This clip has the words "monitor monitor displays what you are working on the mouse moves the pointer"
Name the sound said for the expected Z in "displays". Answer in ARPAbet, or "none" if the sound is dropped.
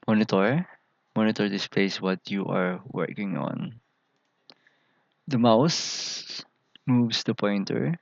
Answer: S